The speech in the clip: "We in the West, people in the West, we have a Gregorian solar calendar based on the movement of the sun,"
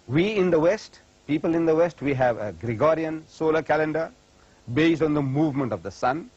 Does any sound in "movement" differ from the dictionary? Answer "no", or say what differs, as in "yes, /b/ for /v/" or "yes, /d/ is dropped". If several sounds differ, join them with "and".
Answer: no